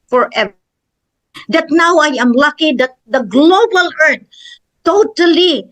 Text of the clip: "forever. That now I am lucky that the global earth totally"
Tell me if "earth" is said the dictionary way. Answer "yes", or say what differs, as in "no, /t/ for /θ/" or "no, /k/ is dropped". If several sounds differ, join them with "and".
no, /t/ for /θ/